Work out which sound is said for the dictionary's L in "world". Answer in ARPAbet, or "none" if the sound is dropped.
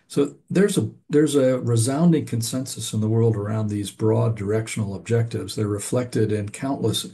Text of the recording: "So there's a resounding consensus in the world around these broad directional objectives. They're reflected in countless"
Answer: L